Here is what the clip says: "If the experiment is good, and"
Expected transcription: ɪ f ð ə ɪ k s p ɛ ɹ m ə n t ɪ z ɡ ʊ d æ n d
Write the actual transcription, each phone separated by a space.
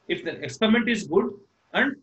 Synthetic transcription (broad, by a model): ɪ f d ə ɪ k s p ɛ ɹ m ə n t ɪ z ɡ ʊ d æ n d